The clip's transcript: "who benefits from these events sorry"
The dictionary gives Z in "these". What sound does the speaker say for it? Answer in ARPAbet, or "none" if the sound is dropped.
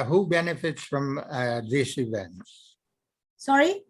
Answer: S